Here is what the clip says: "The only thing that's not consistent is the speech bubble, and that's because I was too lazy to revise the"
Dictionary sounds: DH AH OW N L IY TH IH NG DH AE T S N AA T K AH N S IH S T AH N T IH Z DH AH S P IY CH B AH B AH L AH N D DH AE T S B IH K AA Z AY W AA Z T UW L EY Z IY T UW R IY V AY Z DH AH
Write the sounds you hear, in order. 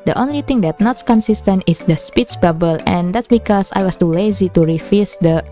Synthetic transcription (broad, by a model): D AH OW N L IY T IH NG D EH T N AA T K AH N S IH S T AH N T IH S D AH S P IY CH B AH B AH L AH N D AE T S B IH K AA S AY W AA S T UW L EY Z IY T UW R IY F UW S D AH